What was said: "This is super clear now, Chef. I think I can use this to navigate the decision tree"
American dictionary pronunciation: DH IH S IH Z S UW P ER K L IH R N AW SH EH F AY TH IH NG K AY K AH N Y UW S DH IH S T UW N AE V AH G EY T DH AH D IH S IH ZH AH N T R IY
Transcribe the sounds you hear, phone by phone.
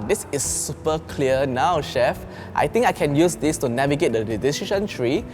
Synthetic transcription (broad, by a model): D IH S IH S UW P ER K L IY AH N AW SH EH F AY T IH NG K AY K AH N Y UW S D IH S T UW N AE V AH G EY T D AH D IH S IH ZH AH N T R IY